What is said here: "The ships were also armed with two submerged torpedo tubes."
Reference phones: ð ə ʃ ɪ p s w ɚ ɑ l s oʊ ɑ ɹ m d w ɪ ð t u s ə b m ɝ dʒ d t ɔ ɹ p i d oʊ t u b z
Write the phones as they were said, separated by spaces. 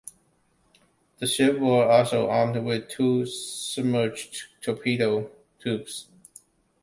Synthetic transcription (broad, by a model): ð ə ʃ ɪ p w ɚ ɑ l s oʊ ɑ ɹ m d w ɪ ð t u s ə m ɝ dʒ t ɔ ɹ p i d oʊ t u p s